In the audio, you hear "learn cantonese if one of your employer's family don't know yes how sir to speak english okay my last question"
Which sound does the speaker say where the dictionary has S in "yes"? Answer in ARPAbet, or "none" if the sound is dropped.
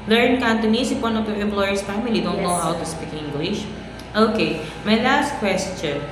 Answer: none